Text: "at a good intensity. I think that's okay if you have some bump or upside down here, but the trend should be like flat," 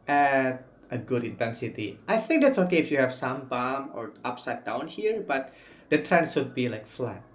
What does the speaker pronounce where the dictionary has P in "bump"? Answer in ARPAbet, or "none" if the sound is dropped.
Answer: none